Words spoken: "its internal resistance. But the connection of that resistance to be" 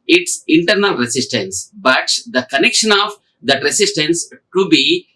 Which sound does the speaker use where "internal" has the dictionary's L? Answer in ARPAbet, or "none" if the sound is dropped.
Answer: L